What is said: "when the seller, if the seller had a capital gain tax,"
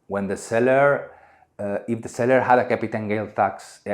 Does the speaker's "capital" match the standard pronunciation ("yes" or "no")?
no